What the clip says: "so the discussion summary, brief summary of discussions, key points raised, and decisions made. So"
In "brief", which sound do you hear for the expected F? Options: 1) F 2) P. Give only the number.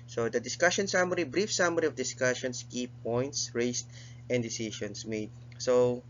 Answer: 1